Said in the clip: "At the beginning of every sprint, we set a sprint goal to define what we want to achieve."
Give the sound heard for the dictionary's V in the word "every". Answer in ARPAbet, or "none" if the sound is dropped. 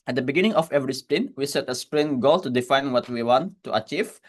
V